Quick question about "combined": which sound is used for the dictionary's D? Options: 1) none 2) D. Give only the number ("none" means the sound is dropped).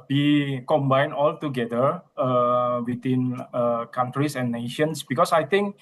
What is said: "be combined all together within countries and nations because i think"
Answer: 1